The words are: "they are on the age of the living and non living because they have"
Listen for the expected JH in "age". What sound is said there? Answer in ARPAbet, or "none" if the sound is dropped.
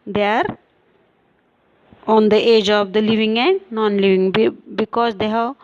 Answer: JH